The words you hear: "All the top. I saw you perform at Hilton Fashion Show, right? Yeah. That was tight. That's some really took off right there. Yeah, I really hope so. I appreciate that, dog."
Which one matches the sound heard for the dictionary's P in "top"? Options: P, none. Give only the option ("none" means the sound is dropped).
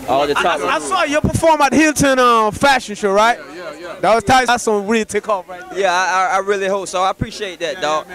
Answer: none